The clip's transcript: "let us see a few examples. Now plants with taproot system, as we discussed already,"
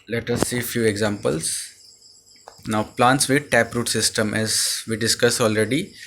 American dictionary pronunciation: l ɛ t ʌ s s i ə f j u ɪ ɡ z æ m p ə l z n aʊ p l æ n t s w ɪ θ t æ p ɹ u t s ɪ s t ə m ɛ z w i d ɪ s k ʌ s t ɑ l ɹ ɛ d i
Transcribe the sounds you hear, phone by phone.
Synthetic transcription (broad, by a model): l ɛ t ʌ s s i f j u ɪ ɡ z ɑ m p ə l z n aʊ p l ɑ n t s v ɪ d t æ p ɹ u t s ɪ s t ə m ɛ z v i d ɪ s k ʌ s ɑ l ɹ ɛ d i